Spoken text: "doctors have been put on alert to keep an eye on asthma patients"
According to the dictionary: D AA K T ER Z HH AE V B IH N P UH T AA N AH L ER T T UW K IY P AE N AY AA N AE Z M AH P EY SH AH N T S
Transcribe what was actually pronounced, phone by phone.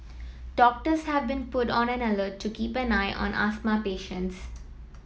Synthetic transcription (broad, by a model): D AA K T ER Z HH AE V B IH N P UH T AA N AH N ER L T UW K IY P AE N AY AA N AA S M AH P EY SH AH N T S